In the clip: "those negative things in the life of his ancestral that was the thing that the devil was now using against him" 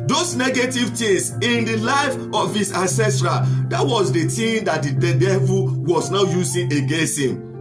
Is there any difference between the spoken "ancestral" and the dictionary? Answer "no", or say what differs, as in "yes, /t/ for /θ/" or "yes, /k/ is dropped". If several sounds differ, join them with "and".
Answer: no